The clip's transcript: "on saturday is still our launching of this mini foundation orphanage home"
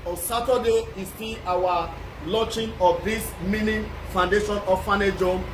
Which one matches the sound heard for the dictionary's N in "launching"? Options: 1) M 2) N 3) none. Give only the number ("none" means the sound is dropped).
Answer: 3